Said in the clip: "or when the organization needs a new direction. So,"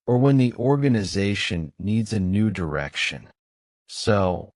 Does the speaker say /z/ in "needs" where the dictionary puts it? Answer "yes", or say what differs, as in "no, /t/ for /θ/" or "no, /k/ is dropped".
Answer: yes